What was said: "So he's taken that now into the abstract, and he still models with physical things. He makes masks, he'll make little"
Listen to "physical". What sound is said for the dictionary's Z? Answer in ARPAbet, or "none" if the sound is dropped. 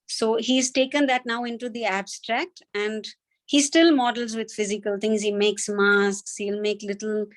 Z